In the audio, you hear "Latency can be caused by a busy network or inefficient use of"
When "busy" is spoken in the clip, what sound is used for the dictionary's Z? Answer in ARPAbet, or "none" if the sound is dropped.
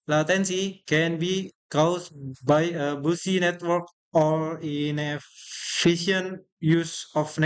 S